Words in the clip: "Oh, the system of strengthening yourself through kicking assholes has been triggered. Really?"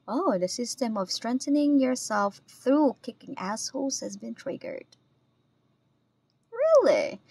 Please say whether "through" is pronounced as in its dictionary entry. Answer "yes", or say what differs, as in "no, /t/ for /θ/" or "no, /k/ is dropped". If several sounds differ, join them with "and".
yes